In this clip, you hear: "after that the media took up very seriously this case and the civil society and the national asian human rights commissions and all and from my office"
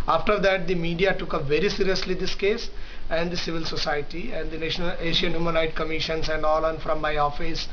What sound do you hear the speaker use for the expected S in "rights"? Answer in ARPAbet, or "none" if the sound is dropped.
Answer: none